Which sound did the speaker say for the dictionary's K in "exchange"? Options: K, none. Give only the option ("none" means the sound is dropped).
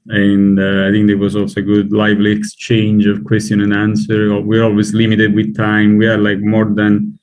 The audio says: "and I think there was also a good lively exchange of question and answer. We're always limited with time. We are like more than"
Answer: K